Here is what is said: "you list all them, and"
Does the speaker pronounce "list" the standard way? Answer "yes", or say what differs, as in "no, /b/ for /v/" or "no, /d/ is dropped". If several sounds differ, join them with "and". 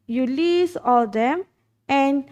no, /t/ is dropped